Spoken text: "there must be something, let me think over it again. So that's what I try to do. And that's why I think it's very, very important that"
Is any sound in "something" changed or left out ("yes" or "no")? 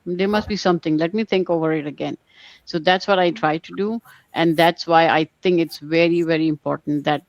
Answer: yes